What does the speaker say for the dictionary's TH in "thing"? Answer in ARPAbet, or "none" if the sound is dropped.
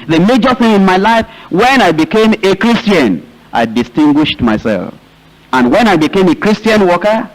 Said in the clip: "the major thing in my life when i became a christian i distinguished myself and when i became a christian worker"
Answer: TH